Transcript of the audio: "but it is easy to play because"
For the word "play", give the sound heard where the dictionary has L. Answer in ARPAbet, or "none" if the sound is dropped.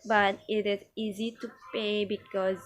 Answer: none